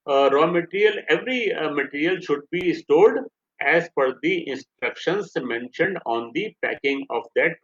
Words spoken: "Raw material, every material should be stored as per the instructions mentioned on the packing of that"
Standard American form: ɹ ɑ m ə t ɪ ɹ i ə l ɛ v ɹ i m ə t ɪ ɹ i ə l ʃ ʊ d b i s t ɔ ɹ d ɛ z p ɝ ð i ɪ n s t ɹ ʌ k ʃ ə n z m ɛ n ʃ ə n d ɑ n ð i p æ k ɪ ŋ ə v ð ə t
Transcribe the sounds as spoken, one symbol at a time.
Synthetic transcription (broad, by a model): ɹ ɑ m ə t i ɹ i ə l ɛ v ɹ i m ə t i ɹ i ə l ʃ ʊ d b i s t ɔ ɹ d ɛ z f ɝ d i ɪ n s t ɹ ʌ k ʃ ə n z m ɛ n ʃ ə n d ɑ n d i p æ k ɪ ŋ ə v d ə t